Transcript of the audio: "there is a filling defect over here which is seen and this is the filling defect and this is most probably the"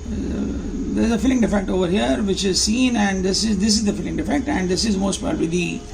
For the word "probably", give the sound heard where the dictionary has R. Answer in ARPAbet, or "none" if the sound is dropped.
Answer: none